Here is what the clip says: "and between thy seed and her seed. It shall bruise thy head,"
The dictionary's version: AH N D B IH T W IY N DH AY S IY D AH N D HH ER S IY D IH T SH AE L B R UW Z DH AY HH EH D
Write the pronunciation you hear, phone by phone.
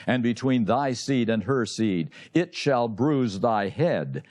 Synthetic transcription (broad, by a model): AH N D B IH T W IY N DH AY S IY D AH N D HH ER S IY D IH T SH AE L B R UW Z DH AY HH EH D